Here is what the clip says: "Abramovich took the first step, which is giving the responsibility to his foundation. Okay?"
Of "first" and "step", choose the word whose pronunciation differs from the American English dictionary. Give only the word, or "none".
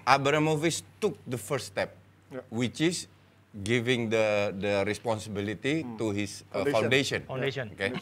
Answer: first